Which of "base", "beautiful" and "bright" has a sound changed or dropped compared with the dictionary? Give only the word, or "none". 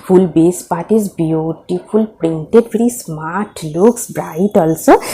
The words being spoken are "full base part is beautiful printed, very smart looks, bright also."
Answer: beautiful